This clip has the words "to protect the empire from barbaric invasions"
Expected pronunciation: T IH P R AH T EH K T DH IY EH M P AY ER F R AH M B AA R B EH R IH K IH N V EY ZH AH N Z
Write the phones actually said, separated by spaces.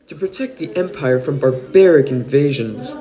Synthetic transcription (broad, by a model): T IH P R AH T EH K T DH IY EH M P AY ER F R AH M B AA R B EH R IH K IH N V EY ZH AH N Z